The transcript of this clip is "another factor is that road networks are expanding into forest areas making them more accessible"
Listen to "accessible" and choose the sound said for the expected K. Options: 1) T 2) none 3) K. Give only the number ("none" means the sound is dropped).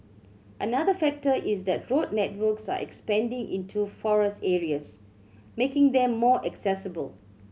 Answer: 3